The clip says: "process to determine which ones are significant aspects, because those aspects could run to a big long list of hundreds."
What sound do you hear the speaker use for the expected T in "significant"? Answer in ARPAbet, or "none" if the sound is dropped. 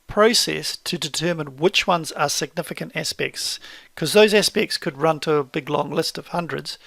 T